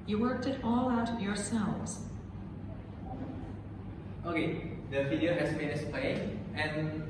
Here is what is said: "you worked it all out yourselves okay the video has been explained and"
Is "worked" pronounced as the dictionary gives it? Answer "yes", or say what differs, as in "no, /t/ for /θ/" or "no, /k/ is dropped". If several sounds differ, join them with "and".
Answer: yes